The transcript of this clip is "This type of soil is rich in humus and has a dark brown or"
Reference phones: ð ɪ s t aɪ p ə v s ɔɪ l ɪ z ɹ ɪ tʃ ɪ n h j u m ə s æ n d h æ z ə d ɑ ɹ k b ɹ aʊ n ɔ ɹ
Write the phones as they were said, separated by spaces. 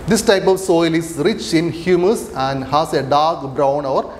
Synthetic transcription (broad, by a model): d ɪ s t aɪ p ə v s ɔɪ l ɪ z ɹ ɪ tʃ ɪ n h j u m ə s æ n d h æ s ə d ɑ ɹ k b ɹ aʊ n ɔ ɹ